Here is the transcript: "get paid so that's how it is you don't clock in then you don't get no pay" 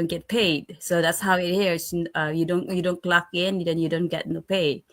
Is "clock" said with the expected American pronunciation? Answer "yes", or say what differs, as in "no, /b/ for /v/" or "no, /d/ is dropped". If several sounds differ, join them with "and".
yes